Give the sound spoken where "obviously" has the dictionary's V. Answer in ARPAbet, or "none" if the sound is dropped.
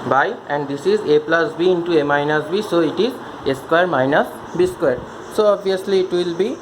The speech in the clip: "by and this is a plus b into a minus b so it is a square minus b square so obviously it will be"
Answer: none